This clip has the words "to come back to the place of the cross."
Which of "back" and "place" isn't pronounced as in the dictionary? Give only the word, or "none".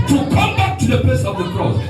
none